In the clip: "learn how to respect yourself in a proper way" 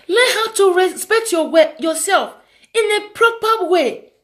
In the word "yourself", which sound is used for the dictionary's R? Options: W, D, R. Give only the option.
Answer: W